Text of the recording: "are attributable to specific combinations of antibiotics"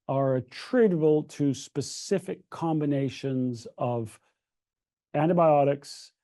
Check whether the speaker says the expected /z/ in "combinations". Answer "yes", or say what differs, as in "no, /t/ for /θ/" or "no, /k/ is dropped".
yes